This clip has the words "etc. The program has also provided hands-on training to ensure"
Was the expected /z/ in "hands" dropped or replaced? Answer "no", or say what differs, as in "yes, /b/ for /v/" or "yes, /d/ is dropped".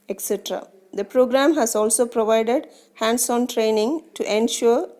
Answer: yes, /s/ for /z/